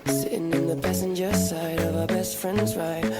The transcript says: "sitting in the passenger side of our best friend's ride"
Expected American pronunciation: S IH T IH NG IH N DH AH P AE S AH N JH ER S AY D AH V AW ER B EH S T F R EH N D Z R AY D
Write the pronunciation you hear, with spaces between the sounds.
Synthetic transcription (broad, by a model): S IH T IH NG IH N DH AH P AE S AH N JH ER S AY D AH V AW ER B EH S T F R EH N D Z R AY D